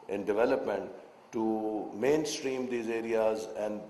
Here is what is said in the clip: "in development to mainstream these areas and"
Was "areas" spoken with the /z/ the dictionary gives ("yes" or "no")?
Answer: yes